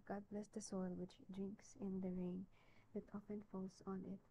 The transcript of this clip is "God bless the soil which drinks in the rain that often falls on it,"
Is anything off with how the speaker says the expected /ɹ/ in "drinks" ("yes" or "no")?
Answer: no